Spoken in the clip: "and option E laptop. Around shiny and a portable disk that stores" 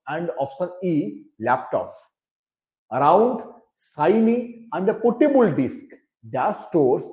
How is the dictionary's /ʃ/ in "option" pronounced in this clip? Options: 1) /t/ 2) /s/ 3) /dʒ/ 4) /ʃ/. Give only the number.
2